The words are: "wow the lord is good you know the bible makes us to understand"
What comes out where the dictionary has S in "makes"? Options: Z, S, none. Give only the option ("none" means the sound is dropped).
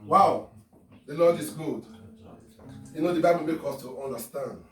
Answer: none